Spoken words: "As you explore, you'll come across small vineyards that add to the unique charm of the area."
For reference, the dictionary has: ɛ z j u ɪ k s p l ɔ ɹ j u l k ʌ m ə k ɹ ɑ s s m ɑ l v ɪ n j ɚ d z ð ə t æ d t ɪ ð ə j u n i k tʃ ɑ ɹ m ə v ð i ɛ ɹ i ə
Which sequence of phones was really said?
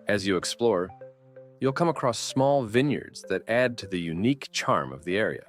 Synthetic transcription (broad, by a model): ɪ z j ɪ ɪ k s p l ɔ ɹ j u l k ʌ m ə k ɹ ɑ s s m ɑ l v ɪ n j ɚ d z ð ə t æ d t ɪ ð ə j u n i k tʃ ɑ ɹ m ə v ð i ɛ ɹ i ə